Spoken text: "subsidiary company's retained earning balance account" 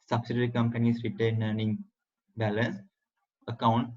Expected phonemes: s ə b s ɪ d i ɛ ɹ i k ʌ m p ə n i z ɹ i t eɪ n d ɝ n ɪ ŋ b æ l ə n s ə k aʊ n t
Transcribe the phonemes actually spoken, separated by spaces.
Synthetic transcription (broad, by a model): s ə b s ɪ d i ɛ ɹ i k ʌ m p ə n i s ɹ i t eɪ n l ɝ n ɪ ŋ b æ l ə n s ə k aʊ n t